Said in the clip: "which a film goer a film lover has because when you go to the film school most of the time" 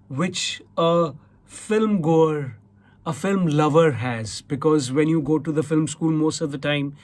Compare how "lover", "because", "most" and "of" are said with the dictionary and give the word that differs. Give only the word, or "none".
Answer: none